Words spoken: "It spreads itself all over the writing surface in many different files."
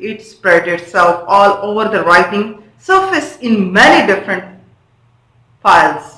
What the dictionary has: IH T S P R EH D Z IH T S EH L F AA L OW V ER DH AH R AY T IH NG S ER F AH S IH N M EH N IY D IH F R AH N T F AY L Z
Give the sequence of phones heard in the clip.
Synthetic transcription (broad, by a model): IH T S P R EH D IH T S EH L F AA L OW V ER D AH R AY T IH NG S ER F AH S IH N M EH N IY D IH F R AH N T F AY L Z